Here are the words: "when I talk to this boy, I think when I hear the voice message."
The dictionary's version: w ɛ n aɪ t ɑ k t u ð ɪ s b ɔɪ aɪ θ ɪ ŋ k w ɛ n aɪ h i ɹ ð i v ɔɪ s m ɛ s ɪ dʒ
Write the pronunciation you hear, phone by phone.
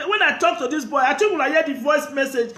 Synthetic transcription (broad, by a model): w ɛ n aɪ t ɑ k t u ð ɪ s b ɔɪ aɪ t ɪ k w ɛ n aɪ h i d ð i v ɔɪ s m ɛ s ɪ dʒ